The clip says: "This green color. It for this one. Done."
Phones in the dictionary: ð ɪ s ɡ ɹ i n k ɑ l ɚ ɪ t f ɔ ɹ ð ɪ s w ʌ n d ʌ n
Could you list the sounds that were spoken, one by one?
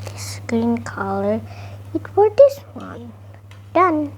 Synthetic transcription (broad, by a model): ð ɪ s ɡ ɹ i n k ɑ l ɚ ɪ t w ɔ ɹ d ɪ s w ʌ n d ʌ n